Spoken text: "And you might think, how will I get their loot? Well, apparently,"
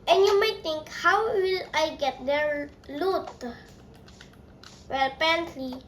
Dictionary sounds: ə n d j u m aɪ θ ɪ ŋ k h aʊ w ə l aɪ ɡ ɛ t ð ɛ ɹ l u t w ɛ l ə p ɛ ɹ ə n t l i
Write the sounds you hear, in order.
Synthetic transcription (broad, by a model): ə n j u m aɪ t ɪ ŋ k h aʊ w ə l aɪ ɡ ɛ t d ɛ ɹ l u t w ɛ l p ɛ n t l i